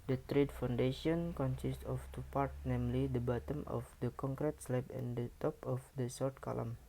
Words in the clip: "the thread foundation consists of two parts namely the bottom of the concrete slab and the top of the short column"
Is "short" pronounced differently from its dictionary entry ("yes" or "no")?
yes